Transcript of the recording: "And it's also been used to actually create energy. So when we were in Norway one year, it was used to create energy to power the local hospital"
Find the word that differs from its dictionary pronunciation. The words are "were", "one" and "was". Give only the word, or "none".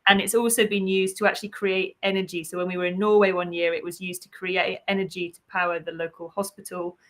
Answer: none